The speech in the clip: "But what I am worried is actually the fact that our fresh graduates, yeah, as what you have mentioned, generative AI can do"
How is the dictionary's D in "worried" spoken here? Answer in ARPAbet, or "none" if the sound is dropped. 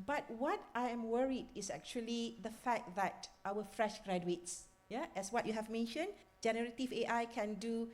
D